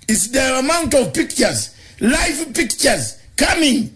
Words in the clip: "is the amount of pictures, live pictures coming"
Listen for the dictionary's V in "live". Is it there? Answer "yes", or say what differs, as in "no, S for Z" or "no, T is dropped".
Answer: no, F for V